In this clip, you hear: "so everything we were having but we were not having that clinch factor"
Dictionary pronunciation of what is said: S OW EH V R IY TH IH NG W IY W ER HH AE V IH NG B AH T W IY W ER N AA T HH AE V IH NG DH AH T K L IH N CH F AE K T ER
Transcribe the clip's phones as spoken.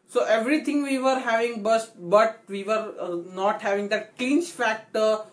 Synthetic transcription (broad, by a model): S OW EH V R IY T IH NG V IY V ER HH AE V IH NG B AH T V IY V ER N AA T HH AE V IH NG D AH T K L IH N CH F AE K T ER